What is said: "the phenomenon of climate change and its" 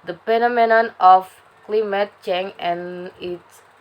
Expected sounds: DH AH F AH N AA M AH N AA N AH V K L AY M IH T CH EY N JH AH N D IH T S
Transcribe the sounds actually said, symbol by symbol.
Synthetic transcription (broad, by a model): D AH P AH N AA M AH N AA N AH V K L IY M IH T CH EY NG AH N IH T S